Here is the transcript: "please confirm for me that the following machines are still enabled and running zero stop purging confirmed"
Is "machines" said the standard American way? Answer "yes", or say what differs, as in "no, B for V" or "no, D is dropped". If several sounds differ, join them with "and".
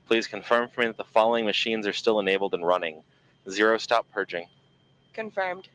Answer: yes